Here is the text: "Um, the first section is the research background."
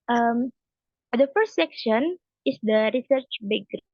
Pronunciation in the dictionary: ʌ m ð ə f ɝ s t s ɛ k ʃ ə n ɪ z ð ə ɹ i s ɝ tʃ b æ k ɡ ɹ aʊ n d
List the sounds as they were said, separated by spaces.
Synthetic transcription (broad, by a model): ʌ m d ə f ɝ s t s ɛ k ʃ ə n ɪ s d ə ɹ i s ɝ tʃ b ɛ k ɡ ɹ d